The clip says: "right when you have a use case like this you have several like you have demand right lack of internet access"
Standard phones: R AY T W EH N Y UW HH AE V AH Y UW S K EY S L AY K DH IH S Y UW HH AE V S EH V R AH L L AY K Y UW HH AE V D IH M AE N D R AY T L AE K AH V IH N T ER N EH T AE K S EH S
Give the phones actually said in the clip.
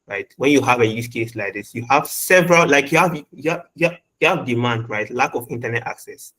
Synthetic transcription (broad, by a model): R AY T W EH N Y UW HH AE V AH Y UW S K EY S L AY K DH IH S Y UW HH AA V S EH V R AH L L AY K Y UW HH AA V D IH M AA N D R AY T L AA K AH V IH N T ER N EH T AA K S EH S